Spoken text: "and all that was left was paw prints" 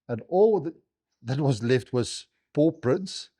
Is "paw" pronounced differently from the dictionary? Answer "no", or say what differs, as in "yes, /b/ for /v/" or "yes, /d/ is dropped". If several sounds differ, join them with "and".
no